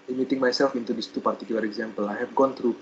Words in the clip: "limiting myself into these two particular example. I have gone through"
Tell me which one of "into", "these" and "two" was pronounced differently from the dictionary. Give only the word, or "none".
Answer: these